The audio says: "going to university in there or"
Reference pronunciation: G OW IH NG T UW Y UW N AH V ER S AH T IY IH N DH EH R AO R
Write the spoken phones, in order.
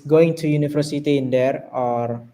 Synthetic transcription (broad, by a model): G OW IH NG T UW Y UW N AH F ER S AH T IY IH N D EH R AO R